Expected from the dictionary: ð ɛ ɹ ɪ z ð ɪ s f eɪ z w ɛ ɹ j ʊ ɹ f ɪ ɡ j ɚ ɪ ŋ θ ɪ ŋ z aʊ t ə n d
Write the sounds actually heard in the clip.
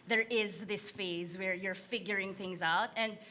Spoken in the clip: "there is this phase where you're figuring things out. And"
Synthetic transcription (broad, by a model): ð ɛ ɹ ɪ z ð ɪ s f eɪ z w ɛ ɹ j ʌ ɹ f ɪ ɡ j ɚ ɪ ŋ θ ɪ ŋ z aʊ t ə n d